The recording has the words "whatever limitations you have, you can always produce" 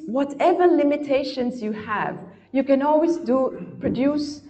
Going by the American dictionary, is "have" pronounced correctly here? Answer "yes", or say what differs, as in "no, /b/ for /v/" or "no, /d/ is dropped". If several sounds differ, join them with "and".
yes